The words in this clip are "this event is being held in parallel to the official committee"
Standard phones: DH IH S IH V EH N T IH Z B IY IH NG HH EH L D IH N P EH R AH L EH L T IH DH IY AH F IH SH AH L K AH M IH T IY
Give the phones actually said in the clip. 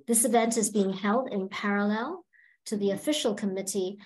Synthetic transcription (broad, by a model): DH IH S IH V EH N T IH Z B IY IH NG HH EH L D IH N P EH R AH L EH L T IH DH IY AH F IH SH L K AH M IH T IY